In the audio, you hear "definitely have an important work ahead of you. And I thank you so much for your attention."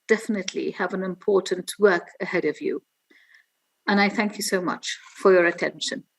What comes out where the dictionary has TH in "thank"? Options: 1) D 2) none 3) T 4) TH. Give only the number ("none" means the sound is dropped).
4